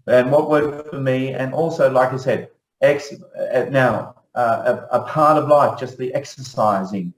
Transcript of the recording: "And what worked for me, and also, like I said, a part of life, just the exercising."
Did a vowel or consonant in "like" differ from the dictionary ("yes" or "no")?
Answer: no